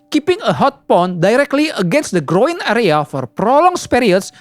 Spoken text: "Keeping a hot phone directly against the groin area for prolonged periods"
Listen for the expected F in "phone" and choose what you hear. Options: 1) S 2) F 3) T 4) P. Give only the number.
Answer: 4